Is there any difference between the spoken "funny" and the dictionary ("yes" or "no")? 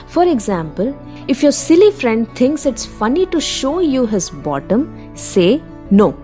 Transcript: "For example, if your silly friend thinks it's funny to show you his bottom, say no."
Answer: no